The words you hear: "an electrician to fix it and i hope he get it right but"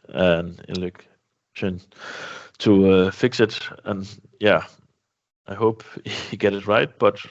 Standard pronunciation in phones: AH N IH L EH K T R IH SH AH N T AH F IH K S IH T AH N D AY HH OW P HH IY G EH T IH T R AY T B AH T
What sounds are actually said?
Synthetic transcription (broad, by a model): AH N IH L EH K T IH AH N T AH F IH K S IH T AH N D AY HH OW P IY G EH T IH T R AY T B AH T